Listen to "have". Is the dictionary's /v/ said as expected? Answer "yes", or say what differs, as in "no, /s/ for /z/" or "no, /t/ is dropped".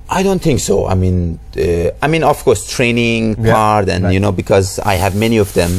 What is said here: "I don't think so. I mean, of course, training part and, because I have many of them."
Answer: yes